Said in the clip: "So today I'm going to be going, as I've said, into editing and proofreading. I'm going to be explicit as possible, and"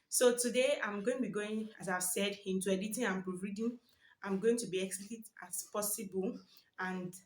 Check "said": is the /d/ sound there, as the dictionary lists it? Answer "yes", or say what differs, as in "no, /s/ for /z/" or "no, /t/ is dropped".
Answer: yes